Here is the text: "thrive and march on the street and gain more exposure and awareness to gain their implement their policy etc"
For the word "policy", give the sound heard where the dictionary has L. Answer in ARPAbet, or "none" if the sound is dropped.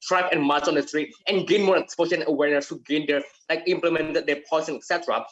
none